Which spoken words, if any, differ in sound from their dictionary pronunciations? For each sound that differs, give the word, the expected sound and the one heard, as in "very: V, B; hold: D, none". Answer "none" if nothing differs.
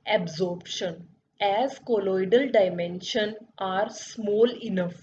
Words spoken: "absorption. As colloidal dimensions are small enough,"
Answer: dimensions: Z, none